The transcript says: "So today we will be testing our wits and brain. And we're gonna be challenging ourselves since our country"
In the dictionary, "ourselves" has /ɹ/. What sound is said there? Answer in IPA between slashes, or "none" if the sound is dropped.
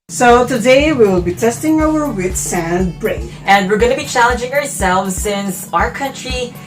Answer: /ɹ/